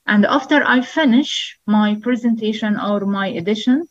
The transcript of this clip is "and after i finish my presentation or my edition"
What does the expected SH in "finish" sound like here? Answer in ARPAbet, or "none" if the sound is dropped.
SH